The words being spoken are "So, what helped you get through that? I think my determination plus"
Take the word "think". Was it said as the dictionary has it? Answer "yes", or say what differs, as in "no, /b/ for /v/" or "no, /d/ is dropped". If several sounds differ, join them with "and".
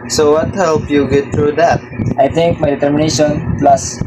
no, /t/ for /θ/